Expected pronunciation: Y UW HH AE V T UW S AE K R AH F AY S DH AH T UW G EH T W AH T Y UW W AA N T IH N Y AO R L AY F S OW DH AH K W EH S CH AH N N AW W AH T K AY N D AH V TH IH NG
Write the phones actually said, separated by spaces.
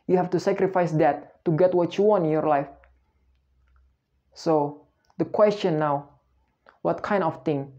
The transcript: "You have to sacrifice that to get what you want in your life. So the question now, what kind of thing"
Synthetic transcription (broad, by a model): Y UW HH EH F T UW S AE K R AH F AY S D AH T UW G EH T W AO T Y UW W AA N T IH N Y AO R L AY F S OW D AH K W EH S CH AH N N AW W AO T K AY N D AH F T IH NG